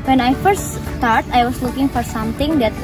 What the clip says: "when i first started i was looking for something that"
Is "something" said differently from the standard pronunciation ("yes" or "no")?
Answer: yes